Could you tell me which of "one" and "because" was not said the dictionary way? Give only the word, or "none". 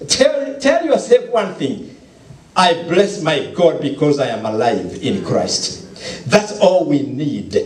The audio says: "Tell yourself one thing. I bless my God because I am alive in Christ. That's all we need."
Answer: none